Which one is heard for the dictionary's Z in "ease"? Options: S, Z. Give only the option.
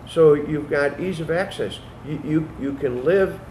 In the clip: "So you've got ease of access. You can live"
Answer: Z